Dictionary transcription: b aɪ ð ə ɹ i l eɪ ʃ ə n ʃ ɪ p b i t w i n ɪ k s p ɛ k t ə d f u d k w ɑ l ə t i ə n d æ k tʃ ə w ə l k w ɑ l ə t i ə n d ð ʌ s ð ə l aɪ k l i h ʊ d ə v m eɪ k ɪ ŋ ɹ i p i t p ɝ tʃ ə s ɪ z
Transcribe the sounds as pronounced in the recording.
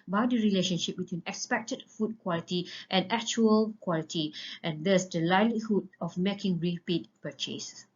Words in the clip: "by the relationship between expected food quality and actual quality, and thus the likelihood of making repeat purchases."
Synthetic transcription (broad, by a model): b aɪ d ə ɹ i l eɪ ʃ ə n ʃ ɪ p b i t w i n ɪ k s p ɛ k t ə d f u d k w ɑ l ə t i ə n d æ k tʃ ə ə l k w ɑ l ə t i ə n d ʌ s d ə l aɪ l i h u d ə f m eɪ k ɪ ŋ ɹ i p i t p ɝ tʃ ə s